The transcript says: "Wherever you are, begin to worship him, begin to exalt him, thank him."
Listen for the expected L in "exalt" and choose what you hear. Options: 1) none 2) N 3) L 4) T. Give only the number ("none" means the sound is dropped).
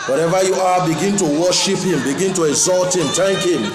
3